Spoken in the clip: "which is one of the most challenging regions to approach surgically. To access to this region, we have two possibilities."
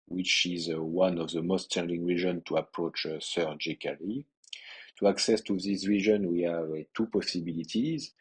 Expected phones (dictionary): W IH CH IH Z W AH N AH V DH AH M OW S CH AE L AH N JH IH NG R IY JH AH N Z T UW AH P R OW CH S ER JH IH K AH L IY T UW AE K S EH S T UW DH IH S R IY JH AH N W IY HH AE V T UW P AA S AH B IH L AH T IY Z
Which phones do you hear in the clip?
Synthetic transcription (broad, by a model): W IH CH IH Z W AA N AH V DH AH M OW S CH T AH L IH NG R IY ZH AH N T UW AH P R OW CH S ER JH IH K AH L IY T UW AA K S EH S T UW DH IH S R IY ZH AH N W IY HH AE V T UW P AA S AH B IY L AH T IY Z